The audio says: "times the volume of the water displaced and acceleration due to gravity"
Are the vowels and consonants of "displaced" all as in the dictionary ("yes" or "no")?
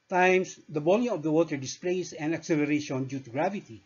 no